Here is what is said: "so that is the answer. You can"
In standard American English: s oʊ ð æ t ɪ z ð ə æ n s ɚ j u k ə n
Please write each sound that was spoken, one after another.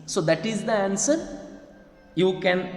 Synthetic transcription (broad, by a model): s oʊ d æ t ɪ z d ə æ n s ɚ j u k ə n